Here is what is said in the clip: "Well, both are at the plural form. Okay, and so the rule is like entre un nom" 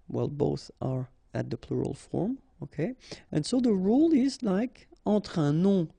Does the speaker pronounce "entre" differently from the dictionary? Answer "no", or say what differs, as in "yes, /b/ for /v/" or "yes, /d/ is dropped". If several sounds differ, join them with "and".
yes, /n/ is dropped